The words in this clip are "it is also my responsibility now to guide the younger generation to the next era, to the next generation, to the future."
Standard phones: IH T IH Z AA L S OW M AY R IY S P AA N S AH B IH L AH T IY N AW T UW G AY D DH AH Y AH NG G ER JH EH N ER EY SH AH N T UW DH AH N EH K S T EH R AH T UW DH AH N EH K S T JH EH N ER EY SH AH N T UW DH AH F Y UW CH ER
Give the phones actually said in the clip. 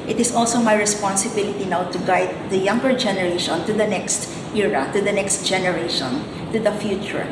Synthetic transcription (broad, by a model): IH T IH S AA L S OW M AY R IY S P AA N S AH B IH L AH T IY N AW T UW G AY D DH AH Y AH NG G ER JH EH N ER EY SH AH N T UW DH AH N EH K S T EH R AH T UW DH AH N EH K S T JH EH N ER EY SH AH N T UW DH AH F Y UW CH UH